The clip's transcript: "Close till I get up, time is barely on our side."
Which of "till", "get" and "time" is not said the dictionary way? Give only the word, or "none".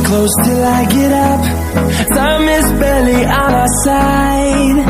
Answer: time